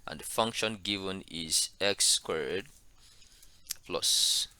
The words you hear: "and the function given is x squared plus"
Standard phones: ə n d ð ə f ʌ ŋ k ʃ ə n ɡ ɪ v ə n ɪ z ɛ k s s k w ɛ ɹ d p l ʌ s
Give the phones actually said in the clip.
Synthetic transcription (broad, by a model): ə n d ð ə f ʌ ŋ k ʃ ə n ɡ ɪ v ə n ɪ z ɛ k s s k w ɛ ɹ d p l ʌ s